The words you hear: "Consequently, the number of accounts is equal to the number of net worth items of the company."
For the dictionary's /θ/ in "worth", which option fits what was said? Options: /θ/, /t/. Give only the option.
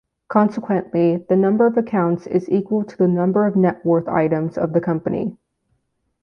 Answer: /θ/